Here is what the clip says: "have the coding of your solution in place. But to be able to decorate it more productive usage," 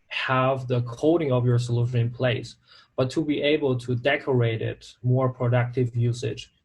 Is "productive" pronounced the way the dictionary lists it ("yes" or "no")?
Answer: yes